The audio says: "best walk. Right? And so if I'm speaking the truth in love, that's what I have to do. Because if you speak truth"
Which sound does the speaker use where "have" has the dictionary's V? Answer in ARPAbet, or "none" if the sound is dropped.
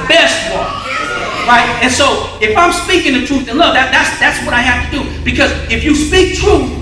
F